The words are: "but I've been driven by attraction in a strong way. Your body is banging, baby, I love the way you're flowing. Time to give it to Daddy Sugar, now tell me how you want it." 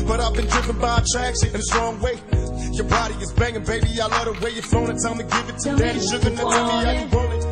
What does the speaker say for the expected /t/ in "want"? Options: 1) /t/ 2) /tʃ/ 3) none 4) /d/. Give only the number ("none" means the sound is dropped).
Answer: 3